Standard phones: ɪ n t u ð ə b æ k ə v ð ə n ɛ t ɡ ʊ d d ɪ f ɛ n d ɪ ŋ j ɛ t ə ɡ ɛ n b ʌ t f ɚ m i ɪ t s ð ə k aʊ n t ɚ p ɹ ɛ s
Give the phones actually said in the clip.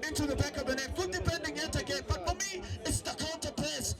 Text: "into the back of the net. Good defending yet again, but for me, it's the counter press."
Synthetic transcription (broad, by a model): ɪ n t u ð ə b æ k ə v ð ə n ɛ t ɡ ʊ d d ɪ p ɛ n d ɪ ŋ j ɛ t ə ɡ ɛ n b ʌ t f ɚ m i ɪ t s ð ə k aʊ n t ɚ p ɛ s